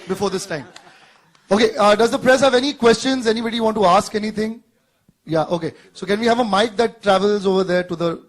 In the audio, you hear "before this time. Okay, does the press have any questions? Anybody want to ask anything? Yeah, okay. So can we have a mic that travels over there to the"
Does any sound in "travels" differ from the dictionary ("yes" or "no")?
no